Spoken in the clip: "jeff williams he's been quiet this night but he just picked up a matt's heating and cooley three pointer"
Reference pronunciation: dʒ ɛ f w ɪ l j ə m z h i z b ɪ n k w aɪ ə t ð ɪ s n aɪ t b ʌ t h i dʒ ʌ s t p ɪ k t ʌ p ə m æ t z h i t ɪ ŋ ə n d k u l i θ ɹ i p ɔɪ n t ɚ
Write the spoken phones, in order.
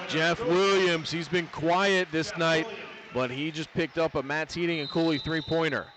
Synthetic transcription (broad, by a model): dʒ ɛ f w ɪ l j ə m z h i z b ɪ n k w aɪ ə t ð ɪ s n aɪ t b ʌ t h i dʒ ʌ s p ɪ k t ʌ p ə m æ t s h i t ɪ ŋ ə n k u l i θ ɹ i p ɔɪ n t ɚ